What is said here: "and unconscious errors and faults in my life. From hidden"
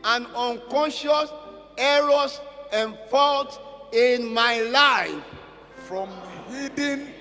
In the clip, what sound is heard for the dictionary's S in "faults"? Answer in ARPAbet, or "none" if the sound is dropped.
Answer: none